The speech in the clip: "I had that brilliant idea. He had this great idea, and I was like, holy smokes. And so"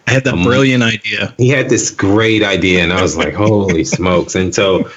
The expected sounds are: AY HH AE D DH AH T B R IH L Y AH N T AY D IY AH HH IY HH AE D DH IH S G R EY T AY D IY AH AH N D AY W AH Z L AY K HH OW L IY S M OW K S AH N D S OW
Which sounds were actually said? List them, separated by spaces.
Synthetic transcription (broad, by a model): AY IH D DH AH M B R IH L Y AH N T AY D IY AH HH IY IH D DH IH S G R EY T AY D IY AH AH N AY W AH Z L AY K HH OW L IY S M OW K S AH N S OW